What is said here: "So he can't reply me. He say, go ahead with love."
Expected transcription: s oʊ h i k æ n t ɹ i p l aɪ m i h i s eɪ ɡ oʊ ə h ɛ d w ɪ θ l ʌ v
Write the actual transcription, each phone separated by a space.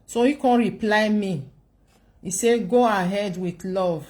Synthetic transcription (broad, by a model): s oʊ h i k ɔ n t ɹ i p l aɪ m i i s eɪ ɡ oʊ ə h ɛ d w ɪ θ l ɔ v